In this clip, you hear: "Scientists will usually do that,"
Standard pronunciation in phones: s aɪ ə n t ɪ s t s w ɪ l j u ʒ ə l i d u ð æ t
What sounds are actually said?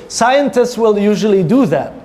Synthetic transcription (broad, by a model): s aɪ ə n t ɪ s t s w ɪ l j u ʒ ə l i d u ð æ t